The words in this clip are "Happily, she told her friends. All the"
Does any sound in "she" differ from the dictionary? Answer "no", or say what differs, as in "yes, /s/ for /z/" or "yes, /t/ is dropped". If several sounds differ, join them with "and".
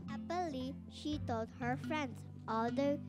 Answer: no